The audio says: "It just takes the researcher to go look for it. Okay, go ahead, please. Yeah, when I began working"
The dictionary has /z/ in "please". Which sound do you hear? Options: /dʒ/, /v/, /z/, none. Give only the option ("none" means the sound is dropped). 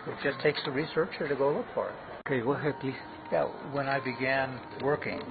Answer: none